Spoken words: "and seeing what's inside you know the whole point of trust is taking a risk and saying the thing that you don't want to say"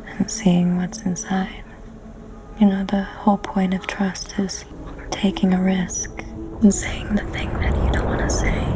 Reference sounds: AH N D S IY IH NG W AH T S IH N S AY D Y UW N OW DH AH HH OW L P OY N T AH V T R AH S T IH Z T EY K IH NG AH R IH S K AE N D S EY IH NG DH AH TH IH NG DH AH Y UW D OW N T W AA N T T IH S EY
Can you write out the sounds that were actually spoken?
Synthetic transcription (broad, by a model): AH N S IY IH NG W AH T S IH N S AY D Y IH N OW DH AH HH OW L P OY N T AH V T R AH S T IH Z T EY K IH NG AH R IH S K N S EY IH NG DH AH TH IH NG DH AH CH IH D OW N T W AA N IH S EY